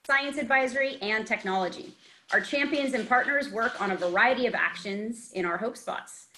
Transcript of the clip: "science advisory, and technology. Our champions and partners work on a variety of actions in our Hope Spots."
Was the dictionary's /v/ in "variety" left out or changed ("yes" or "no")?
no